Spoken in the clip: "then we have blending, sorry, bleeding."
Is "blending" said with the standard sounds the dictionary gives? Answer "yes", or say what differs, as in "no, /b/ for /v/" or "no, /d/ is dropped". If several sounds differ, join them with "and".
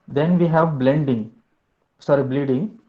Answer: yes